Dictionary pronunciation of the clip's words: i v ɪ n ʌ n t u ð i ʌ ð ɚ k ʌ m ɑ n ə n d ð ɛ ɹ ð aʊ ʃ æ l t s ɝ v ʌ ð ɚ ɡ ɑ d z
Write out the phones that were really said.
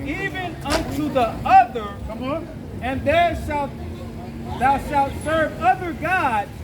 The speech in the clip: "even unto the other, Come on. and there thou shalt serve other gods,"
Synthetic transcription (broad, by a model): i v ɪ n ʌ n t u ð i ʌ ð ɚ k ʌ m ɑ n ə n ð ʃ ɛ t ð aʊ ʃ æ l t s ɝ v ʌ ð ɚ ɡ ɑ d